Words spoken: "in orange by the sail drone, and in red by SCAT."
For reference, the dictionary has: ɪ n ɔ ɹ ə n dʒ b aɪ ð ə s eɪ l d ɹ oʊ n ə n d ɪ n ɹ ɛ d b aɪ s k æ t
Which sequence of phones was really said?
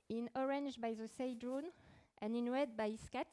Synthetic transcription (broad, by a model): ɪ n ɔ ɹ ə n dʒ b aɪ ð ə s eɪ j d ɹ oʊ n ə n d ɪ n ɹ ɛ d b aɪ s k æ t